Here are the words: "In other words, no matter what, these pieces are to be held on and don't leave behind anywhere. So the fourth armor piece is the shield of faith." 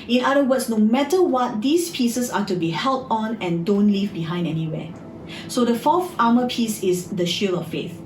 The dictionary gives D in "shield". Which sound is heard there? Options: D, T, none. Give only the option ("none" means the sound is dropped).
none